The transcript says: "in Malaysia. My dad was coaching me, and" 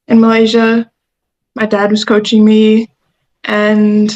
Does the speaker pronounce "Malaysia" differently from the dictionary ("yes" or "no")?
no